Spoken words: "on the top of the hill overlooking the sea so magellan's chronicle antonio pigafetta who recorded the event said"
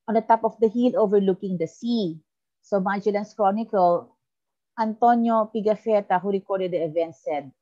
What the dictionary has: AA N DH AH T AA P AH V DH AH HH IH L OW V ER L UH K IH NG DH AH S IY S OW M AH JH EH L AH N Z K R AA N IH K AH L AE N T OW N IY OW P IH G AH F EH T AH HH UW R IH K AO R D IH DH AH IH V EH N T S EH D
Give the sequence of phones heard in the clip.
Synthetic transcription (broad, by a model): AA N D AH T AA P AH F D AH HH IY L OW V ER L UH K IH NG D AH S IY S OW M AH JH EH L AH N S K R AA N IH K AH L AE N T OW N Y OW P IH G AH F EH T AH HH UW R IH K AO R D IH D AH IH V EH N T S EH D